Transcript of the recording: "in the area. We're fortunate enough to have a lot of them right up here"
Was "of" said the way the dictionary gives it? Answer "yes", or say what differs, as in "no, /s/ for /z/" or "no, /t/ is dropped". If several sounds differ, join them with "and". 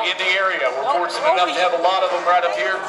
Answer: yes